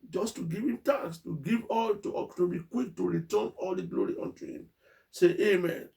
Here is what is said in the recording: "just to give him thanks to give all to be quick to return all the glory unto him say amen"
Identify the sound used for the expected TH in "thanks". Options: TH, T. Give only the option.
T